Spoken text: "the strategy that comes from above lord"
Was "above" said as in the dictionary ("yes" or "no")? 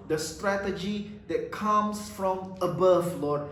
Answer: no